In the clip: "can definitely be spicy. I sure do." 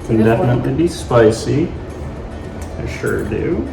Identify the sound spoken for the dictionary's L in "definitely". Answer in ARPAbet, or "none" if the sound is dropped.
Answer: none